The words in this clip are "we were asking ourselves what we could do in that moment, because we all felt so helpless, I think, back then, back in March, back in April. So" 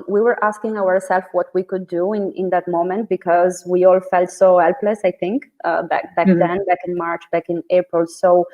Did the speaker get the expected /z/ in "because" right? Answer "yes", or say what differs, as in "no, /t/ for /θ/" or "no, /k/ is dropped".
yes